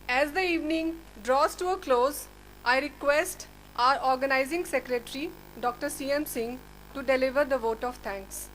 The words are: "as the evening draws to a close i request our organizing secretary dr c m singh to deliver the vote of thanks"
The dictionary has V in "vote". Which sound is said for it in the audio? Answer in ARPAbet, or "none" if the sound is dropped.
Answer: V